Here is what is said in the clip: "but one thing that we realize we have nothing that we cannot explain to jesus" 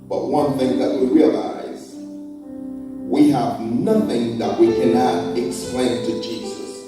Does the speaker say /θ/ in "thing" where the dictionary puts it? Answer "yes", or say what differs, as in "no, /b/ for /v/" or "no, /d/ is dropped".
yes